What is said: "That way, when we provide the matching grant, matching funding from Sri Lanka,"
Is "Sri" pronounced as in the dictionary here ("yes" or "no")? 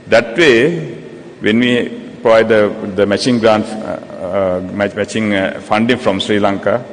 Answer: yes